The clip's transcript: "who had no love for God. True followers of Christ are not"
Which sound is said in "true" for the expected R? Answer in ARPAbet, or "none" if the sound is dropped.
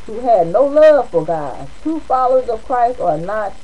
none